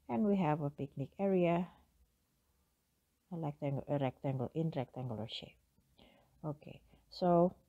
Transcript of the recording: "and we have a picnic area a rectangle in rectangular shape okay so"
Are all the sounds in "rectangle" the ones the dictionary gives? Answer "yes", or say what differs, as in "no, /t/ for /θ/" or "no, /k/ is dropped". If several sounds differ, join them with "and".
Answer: yes